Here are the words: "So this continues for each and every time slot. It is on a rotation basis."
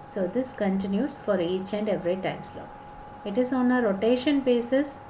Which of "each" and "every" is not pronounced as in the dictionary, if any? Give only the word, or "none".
none